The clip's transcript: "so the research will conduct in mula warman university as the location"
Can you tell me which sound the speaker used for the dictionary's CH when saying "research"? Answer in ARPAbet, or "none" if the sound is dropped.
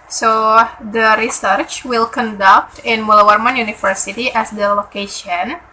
CH